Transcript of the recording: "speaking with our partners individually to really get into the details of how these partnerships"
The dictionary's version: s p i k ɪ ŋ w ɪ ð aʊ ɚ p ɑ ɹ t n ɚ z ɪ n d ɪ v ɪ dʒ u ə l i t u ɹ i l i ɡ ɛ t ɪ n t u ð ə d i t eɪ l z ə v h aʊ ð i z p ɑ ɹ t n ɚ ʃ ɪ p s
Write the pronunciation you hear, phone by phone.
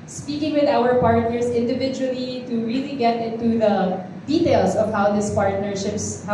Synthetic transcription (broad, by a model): s p i k ɪ ŋ w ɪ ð aʊ ɚ p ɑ ɹ t n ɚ s ɪ n d ɪ v ɪ dʒ u ə l i t u ɹ i l i ɡ ɛ t ɪ n t u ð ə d i t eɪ l s ə v h aʊ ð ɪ s p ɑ ɹ t n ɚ ʃ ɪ p s